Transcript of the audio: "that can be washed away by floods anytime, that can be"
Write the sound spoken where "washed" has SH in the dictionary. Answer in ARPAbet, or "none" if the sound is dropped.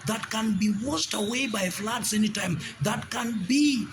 S